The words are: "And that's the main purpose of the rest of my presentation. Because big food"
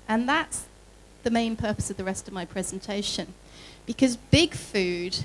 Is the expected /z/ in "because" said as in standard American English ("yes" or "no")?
yes